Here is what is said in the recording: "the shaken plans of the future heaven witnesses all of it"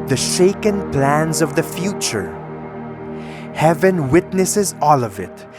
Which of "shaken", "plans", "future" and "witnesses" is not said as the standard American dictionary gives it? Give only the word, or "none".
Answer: none